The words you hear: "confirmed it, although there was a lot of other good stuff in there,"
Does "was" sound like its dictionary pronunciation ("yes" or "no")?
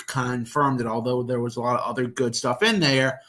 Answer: yes